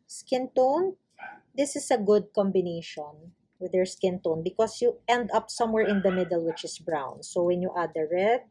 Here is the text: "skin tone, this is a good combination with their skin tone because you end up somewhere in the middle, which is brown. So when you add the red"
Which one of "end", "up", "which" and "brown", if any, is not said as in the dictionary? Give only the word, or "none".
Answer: none